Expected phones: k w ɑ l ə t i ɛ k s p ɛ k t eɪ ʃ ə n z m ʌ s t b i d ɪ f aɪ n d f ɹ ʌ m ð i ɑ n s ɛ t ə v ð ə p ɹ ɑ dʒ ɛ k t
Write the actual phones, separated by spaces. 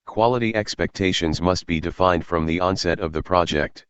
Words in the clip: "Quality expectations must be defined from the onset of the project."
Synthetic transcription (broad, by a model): k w ɑ l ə t i ɛ k s p ɛ k t eɪ ʃ ə n z m ʌ s t b i d ɪ f aɪ n d f ɹ ʌ m ð i ɑ n s ɛ t ə v ð ə p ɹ ɑ dʒ ɛ k t